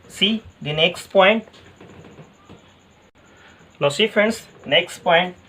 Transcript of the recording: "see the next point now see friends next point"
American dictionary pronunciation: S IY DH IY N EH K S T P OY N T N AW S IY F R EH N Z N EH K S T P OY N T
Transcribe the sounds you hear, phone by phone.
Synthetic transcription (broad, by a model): S IY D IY N EH K S T P OY N T L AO S IY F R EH N S N EH K S T P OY N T